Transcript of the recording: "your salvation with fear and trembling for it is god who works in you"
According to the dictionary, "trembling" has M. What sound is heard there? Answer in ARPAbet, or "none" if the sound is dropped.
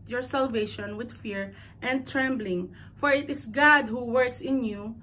M